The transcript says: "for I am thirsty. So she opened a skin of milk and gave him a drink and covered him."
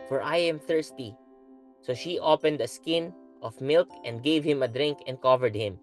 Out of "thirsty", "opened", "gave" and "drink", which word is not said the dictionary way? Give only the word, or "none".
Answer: none